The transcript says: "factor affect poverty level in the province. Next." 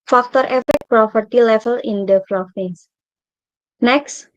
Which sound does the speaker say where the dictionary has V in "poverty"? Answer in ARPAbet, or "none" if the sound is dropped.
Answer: P